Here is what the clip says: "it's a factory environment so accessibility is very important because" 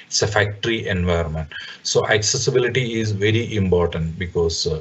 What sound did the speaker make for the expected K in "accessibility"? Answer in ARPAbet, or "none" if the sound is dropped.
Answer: K